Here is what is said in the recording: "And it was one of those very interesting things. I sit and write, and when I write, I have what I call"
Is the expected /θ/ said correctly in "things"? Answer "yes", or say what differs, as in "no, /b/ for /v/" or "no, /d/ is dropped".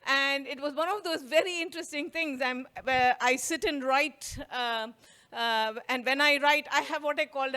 no, /t/ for /θ/